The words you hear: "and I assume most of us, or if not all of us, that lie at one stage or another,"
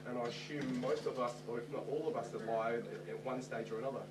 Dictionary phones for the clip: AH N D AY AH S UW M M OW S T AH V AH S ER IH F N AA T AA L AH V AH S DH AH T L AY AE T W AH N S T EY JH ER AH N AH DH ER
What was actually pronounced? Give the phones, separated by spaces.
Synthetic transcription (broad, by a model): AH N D AY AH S UW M M OW S T AH V AH S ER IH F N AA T AA L AH V AH S DH AH T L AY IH T W AH N S T EY JH ER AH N AH DH ER